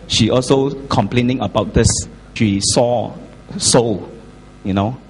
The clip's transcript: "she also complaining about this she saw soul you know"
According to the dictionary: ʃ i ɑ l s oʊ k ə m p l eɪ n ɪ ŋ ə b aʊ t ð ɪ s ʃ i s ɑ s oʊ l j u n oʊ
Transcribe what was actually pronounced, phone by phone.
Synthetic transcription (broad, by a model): ʃ i ɑ l s oʊ k ə m p l eɪ n ɪ ŋ ə b aʊ t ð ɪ s ʃ i s ɑ s oʊ l j u n oʊ